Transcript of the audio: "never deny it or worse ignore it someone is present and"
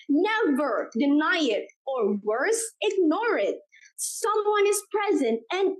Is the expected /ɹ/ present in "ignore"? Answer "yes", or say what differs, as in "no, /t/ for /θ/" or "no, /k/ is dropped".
yes